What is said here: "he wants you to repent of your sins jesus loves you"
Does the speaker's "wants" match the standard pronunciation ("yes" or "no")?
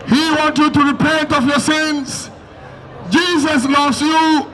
no